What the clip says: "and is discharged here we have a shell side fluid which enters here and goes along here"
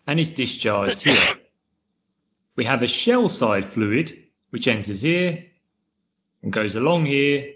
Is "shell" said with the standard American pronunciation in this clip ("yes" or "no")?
yes